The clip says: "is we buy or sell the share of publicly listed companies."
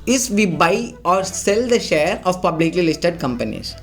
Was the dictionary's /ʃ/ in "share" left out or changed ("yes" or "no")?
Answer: no